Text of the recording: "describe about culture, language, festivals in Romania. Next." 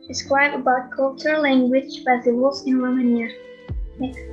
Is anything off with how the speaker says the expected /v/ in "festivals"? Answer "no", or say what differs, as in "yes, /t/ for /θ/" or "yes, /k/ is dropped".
yes, /w/ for /v/